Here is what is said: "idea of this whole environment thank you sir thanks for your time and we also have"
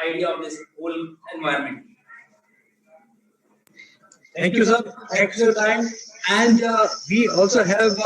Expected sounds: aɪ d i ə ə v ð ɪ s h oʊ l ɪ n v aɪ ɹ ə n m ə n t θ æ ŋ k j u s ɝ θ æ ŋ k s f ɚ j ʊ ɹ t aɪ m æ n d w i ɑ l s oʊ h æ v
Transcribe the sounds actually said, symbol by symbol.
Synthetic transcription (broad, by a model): aɪ d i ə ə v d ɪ s h oʊ l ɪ n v aɪ ə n m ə n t t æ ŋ k j u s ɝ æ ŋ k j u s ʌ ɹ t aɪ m æ n d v i ɑ l s oʊ h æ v